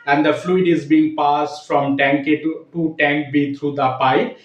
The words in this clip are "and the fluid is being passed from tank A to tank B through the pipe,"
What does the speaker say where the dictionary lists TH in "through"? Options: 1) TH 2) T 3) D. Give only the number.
2